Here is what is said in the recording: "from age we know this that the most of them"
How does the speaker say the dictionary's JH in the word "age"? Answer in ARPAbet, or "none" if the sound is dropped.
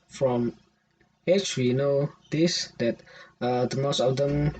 CH